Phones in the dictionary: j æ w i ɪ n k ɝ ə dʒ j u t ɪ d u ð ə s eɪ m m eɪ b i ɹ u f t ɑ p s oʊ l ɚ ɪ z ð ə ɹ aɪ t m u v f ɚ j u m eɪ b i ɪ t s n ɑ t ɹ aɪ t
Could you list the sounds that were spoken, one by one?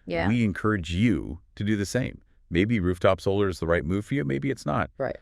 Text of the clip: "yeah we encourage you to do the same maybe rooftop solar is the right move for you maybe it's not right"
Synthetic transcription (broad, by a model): j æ w i ɪ n k ɝ ə dʒ j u t ɪ d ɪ ð ə s eɪ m m eɪ b i ɹ u f t ɑ p s oʊ l ɚ ɪ z ð ə ɹ aɪ t m u v f ɚ j u m eɪ b i ɪ t s n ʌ t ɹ aɪ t